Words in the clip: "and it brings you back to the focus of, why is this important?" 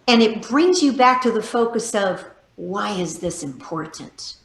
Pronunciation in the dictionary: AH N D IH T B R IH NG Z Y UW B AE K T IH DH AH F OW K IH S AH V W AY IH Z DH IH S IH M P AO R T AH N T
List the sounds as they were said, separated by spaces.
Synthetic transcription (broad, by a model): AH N IH T B R IH NG Z Y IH B AE K T IH DH AH F OW K IH S AH V W AY IH Z DH IH S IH M P AO R T N T